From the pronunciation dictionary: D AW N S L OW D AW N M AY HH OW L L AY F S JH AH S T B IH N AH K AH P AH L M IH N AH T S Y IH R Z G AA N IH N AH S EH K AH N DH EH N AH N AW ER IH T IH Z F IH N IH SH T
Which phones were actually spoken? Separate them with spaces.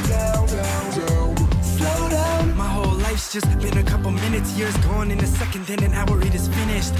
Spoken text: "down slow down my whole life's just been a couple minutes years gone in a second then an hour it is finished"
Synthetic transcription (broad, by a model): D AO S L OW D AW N M AY HH OW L L AY F S JH AH S T B IH N AH K AH P L M IH N AH T S Y IH R Z G AA N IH N AH S EH K AH N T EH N AH N AW ER IH T IH Z F IH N IH SH T